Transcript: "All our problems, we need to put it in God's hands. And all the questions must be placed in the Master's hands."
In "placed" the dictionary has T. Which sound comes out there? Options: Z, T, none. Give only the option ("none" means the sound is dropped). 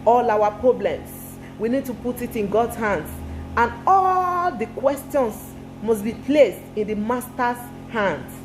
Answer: T